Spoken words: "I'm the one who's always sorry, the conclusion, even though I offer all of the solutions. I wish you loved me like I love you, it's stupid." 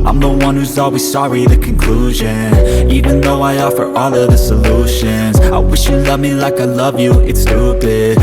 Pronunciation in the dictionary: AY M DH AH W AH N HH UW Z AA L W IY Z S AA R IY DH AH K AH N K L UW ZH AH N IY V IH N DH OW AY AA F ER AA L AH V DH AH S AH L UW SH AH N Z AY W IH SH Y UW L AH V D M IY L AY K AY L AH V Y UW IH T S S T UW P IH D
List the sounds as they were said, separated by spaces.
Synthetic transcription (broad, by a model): AY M DH AH W AH N HH UW Z AA L W IY Z S AA R IY DH AH K AH N K L UW ZH AH N IY V IH N DH OW AY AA F ER AA L AH V DH AH S AH L UW SH AH N Z AY W IH SH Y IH L AH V M IY L AY K AY L AH V Y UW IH T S S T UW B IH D